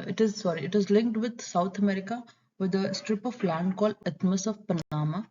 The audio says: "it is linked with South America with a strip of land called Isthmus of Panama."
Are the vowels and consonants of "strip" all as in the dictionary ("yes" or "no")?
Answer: yes